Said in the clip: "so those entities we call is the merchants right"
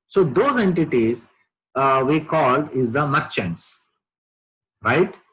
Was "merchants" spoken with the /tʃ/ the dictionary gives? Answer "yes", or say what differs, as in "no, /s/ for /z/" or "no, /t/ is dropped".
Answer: yes